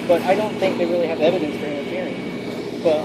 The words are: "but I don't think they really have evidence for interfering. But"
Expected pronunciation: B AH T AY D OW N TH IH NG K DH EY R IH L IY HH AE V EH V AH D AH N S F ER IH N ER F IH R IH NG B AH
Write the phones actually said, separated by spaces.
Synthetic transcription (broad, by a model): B AH T AY D OW N TH IH NG K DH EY R IH L IY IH V EH V AH D AH N S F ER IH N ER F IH R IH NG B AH